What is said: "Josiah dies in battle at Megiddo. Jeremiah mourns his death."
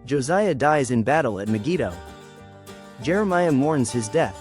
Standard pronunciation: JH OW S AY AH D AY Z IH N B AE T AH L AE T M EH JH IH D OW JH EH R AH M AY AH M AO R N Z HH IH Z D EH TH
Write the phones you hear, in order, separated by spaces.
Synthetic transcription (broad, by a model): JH OW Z AY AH D AY Z IH N B AE T L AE T M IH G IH D OW JH EH R AH M AY AH M AO R N Z HH IH Z D EH TH